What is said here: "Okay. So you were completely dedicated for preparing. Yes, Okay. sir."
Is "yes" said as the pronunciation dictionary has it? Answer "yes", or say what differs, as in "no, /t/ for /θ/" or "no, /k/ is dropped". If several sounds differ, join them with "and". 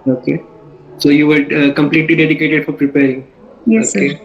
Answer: no, /s/ is dropped